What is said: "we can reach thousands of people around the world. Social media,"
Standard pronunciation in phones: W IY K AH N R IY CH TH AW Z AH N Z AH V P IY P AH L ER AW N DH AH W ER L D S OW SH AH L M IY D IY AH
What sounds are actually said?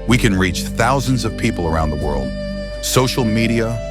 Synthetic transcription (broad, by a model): W IY K AH N R IY CH TH AW Z AH N Z AH V P IY P L ER AW N DH AH W ER L D S OW SH L M IY D IY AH